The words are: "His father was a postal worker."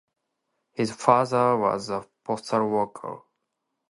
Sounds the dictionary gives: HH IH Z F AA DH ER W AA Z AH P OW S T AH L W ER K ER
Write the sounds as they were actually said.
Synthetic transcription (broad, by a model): HH IH Z F AA DH ER W AA Z AH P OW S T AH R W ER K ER